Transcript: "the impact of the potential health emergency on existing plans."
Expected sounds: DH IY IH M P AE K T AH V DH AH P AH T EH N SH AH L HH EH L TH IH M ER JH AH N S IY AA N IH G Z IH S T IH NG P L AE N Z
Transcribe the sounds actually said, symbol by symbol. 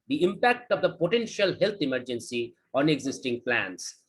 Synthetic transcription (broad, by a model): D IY IH M P AE K T AH V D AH P AH T EH N SH AH L HH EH L T IH M ER JH AH N S IY AA N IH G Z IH S T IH NG P L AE N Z